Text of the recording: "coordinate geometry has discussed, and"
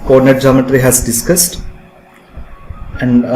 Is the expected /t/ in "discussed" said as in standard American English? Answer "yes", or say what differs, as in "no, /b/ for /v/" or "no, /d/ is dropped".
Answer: yes